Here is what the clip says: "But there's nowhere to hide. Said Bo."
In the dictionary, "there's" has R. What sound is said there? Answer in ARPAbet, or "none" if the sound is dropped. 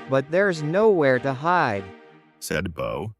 R